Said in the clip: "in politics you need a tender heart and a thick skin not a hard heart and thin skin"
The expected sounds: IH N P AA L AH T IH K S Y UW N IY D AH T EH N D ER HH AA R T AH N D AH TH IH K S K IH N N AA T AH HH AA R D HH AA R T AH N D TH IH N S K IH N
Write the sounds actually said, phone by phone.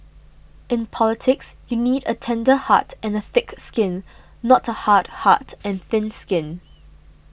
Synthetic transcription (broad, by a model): IH N P AA L AH T IH K S Y UW N IY D AH T EH N D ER HH AA T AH N AH TH IH K S K IH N N AA T AH HH AA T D HH AA T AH N TH IH N S K IH N